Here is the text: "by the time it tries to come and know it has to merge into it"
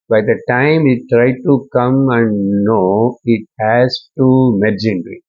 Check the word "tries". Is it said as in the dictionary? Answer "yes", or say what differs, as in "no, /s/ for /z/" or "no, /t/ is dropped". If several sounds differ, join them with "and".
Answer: no, /z/ is dropped